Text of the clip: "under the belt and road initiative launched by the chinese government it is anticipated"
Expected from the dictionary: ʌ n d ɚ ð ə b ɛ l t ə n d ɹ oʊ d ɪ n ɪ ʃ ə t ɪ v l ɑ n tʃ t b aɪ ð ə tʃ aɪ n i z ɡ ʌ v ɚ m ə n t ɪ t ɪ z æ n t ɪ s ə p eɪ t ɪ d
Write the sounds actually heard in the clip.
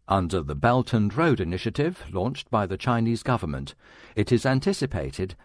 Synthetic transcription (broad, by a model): ʌ n d ɚ ð ə b ɛ l t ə n ɹ oʊ d ɪ n ɪ ʃ ə t ɪ v l ɑ n tʃ t b aɪ ð ə tʃ aɪ n i z ɡ ʌ v ɚ m ə n t ɪ t ɪ z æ n t ɪ s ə p eɪ t ɪ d